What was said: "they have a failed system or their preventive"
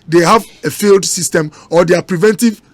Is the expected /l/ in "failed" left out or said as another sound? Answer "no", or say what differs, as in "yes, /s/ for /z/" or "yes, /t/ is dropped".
no